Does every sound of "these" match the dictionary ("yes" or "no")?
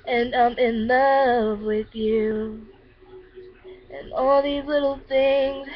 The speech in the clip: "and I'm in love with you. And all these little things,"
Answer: yes